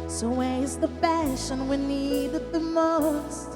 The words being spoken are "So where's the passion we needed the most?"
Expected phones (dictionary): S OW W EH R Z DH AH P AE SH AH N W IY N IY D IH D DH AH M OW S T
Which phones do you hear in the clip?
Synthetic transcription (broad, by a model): S OW W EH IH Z DH AH F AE SH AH N W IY N IY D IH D DH AH M OW S T